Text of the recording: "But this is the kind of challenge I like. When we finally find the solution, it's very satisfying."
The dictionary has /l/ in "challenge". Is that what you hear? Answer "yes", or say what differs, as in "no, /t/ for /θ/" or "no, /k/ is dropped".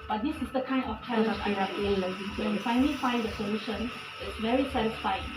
no, /l/ is dropped